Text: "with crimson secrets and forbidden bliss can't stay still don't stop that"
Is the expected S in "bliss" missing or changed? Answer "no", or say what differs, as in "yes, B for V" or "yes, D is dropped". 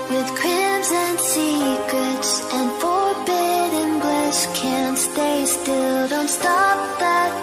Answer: yes, SH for S